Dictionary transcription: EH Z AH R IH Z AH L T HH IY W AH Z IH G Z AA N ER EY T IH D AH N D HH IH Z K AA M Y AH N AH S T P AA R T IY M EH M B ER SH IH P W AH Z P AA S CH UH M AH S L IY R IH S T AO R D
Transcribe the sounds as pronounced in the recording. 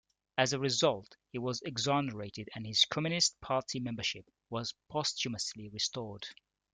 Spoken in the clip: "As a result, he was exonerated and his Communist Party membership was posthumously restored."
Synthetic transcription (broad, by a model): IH Z AH R IH Z AH L T HH IY W AH Z IH G Z AA N ER EY T IH D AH N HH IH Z K AA M Y AH N AH S T P AA R T IY M EH M B ER SH IH P W AH Z P AA S CH UH M AH S L IY R IH S T AO R D